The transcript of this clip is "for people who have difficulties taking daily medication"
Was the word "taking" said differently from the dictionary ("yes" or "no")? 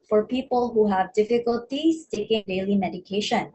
no